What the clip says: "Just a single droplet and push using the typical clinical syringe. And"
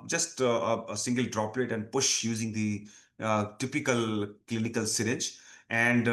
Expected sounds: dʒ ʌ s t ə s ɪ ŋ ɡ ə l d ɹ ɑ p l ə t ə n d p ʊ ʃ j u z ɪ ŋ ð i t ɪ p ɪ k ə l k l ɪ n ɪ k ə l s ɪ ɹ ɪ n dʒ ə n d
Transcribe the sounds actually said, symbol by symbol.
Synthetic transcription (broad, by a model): dʒ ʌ s t ə s ɪ ŋ ɡ ə l d ɹ ɑ p l ə t ə n d p ʊ ʃ j u z ɪ ŋ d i t ɪ p ɪ k ə l k l ɪ n ɪ k ə l s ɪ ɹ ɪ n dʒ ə n d